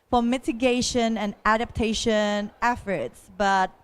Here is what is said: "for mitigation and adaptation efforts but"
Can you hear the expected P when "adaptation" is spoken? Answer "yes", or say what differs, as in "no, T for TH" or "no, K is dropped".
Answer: yes